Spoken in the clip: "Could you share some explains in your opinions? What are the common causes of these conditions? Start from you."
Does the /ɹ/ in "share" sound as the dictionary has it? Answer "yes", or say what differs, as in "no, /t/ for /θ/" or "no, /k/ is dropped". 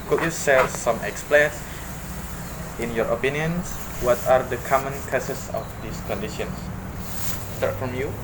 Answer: no, /l/ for /ɹ/